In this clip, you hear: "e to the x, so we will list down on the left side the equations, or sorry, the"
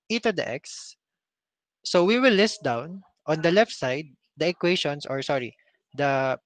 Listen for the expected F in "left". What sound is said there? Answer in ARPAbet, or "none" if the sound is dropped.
F